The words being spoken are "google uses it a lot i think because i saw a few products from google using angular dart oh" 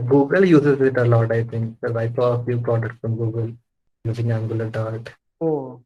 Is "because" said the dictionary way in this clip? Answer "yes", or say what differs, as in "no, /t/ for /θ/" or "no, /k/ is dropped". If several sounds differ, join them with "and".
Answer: no, /z/ is dropped